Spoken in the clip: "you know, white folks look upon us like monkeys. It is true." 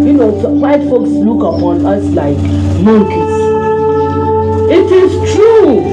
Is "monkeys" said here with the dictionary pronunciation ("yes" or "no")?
no